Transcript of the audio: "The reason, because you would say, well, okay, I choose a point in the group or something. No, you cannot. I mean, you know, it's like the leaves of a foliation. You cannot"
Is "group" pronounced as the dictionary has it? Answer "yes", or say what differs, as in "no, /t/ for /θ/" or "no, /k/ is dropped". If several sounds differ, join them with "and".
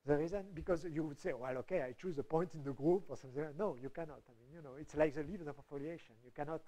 yes